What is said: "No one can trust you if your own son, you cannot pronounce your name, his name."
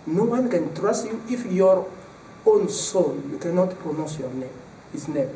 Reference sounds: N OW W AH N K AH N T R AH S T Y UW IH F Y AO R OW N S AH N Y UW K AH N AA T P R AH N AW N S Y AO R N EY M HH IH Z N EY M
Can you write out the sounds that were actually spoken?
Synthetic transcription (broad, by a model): N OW W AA N K AH N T R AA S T Y UW IH F Y AO R OW N S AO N Y UW K AH N AA T P R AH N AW S Y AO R N EY M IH S N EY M